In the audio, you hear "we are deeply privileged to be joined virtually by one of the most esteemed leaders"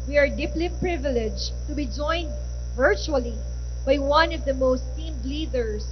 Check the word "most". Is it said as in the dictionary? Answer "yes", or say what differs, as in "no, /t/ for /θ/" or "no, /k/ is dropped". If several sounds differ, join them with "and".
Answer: no, /s/ is dropped